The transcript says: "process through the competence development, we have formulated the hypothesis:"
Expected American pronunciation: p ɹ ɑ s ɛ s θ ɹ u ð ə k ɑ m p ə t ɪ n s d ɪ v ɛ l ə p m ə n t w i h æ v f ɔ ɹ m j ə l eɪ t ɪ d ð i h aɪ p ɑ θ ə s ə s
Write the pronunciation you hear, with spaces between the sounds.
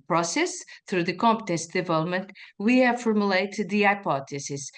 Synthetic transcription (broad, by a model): p ɹ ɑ s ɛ s θ ɹ u ð ə k ɑ m p ə t ɪ n s d ɪ v ɛ l ə p m ə n t w i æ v f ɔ ɹ m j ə l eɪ t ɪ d ð i aɪ p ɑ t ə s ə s